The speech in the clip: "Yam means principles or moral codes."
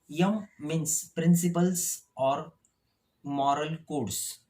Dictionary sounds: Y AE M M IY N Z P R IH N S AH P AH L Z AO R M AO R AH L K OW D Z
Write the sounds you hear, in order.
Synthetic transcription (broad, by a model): Y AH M M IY N S P R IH N S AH P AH L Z AO R M AO R AH L K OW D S